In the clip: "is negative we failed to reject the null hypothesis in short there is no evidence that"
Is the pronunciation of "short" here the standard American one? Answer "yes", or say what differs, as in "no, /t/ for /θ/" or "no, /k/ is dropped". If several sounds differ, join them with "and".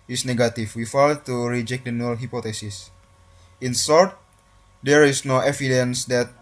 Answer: no, /s/ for /ʃ/